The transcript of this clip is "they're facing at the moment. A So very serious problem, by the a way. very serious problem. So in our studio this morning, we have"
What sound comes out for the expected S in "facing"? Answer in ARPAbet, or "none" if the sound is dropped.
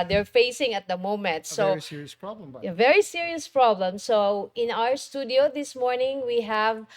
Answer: S